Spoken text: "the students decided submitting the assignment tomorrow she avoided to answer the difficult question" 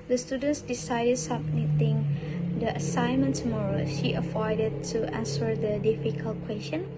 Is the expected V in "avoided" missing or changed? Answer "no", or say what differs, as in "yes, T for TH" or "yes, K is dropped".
yes, F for V